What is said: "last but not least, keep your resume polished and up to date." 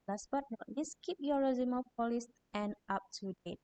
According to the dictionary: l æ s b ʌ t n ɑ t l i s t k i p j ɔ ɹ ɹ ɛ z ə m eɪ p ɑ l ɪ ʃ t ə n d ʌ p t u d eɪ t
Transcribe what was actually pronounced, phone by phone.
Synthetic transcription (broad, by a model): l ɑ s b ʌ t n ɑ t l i s k i p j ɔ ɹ ɹ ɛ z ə m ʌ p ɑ l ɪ s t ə n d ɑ p t u d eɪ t